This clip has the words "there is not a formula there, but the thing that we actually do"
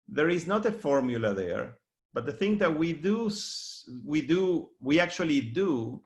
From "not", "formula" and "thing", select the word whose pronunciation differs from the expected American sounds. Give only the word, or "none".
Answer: none